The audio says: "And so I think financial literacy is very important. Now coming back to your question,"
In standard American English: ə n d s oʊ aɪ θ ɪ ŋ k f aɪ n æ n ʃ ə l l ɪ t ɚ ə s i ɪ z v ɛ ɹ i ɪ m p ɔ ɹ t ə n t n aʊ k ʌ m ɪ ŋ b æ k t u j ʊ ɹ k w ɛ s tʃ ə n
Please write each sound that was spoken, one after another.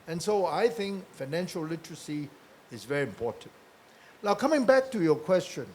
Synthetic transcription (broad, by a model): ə n s oʊ aɪ θ ɪ ŋ k f aɪ n æ n ʃ ə l l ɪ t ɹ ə s i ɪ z v ɛ ɹ i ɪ m p ɔ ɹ t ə n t n aʊ k ʌ m ɪ ŋ b æ k t u j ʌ k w ɛ s tʃ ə n